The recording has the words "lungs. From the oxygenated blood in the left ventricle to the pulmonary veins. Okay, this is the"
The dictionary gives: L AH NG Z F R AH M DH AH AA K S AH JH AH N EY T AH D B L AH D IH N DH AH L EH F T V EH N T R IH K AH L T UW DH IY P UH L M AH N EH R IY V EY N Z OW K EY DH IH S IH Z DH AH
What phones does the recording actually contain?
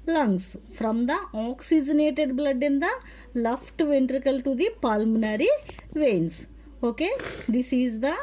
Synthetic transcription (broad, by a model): L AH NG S F R AH M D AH AA K S AH JH AH N EY T AH D B L AH D IH N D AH L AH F T V EH N T R IH K AH L T UW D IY P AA L M N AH R IY V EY N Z OW K EY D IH S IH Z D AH